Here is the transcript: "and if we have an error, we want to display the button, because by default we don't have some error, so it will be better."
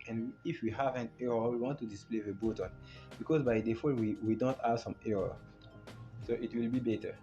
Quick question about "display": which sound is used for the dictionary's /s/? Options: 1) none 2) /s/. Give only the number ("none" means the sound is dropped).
2